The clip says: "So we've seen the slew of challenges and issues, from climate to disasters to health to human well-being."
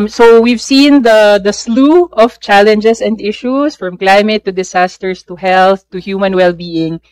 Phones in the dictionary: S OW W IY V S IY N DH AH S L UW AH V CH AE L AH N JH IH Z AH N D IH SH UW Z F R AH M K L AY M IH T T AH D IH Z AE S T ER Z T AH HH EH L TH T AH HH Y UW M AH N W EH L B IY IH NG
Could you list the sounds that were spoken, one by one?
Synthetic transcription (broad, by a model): S OW W IY V S IY N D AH S L UW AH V CH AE L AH N JH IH S AH N D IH SH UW S F R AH M K L AY M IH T T AH D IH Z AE S T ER S T AH HH EH L TH T AH HH Y UW M AH N W EH L B IY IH NG